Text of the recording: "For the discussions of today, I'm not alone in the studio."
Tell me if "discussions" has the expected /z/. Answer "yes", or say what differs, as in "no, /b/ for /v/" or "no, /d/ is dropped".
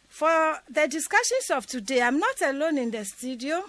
no, /s/ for /z/